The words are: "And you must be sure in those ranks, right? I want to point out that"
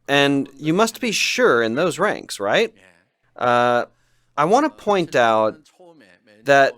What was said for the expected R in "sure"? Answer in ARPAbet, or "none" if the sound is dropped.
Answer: R